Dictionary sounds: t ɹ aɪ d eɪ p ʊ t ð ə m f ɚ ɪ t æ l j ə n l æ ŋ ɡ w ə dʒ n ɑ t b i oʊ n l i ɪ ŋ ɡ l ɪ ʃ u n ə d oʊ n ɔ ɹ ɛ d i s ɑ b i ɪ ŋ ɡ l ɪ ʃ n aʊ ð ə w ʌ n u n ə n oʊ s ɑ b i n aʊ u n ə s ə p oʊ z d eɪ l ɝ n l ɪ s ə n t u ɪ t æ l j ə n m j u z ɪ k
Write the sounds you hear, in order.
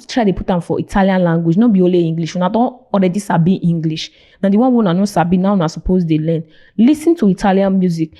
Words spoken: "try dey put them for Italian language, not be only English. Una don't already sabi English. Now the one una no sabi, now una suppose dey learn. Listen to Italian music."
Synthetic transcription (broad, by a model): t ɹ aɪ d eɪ p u t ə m f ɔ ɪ t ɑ l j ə n l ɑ ŋ ɡ w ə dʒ n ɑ b i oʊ l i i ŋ ɡ l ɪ ʃ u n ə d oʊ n ɔ ɹ ɛ d i s ɑ b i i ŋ ɡ l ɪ ʃ n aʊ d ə w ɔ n u n ə n oʊ s ɑ b i n aʊ u n ə s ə p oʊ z d eɪ l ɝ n l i s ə n t u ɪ t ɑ l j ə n m j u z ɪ k